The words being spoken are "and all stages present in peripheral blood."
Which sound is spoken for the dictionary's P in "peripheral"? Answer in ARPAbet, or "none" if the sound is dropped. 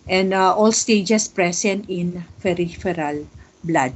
F